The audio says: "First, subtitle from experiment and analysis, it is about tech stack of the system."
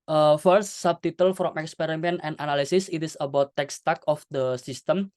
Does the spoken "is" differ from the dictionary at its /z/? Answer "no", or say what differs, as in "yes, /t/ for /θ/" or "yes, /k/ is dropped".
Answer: yes, /s/ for /z/